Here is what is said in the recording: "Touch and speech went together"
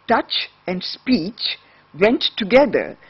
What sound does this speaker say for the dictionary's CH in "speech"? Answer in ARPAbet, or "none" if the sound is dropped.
CH